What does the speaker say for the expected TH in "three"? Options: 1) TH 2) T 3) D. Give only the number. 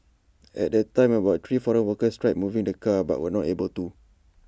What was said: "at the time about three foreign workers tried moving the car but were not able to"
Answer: 2